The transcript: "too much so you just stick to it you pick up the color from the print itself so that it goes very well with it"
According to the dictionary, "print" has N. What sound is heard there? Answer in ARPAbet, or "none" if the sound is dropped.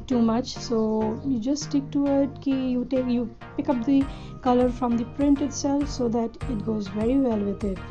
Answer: N